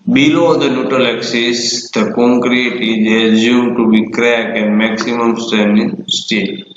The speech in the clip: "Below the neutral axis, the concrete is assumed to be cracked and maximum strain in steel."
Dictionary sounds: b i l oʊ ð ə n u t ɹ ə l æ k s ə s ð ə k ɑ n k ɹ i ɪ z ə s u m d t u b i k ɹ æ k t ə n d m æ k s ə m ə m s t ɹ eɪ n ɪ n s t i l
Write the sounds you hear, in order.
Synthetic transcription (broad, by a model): b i l oʊ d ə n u t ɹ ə l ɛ k s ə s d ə k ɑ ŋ k ɹ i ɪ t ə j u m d t u b i k ɹ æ k ə n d m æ k s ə m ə m s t eɪ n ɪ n s t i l